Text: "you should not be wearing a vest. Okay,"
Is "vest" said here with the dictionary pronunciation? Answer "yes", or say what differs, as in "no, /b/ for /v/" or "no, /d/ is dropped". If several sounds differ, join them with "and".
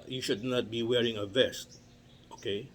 yes